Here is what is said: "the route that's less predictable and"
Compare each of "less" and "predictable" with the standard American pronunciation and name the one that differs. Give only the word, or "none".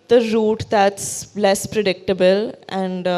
none